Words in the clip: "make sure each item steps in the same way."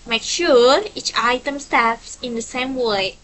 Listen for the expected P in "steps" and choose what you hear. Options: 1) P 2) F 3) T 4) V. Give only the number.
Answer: 2